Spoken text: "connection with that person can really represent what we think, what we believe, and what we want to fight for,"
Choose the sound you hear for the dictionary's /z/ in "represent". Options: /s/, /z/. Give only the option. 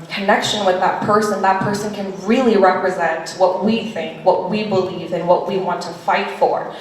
/z/